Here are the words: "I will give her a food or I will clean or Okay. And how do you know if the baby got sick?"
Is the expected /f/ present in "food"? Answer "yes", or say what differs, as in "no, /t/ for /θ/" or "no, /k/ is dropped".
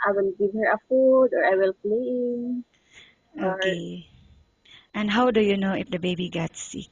yes